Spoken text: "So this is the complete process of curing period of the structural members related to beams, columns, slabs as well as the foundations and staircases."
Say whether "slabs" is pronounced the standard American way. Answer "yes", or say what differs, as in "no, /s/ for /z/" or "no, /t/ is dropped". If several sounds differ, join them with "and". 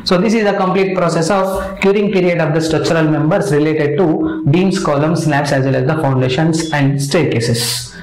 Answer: no, /n/ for /l/